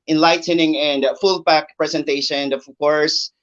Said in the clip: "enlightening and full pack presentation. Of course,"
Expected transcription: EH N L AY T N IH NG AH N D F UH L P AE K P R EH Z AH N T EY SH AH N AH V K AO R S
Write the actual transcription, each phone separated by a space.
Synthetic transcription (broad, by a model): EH N L AY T N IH NG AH N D F UH L B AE K P R EH Z AH N T EY SH AH N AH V K AO R S